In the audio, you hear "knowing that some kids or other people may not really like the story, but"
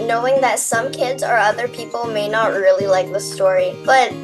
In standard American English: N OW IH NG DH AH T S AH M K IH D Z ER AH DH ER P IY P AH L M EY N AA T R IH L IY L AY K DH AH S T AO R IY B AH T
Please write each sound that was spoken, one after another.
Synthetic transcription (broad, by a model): N OW IH NG DH AH T S AH M K IH D Z ER AH DH ER P IY P L M EY N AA T R IH L IY L AY K DH AH S T AO R IY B AH T